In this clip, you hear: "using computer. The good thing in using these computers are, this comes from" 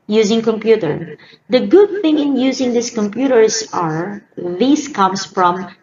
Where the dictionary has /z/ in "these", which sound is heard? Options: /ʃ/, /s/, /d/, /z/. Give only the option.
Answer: /s/